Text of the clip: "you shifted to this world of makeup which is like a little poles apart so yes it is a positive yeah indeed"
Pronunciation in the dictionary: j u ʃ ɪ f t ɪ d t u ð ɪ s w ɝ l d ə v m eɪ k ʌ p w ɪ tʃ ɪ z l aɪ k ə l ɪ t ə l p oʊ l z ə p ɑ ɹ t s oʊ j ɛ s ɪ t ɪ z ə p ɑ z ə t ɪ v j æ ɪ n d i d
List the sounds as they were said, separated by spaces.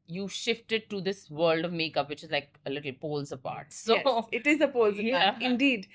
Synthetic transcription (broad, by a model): j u ʃ ɪ f t ɪ d t u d ɪ s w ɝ l d ə v m eɪ k ʌ p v ɪ tʃ ɪ z l aɪ k ə l ɪ t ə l p oʊ l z ə p ɑ ɹ t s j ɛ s ɪ t ɪ z ə p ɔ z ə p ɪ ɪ n d i d